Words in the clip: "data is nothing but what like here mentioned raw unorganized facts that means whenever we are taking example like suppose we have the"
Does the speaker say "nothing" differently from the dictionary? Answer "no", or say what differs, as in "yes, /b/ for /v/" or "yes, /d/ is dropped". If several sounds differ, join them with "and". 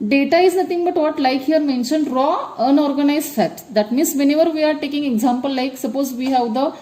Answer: yes, /t/ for /θ/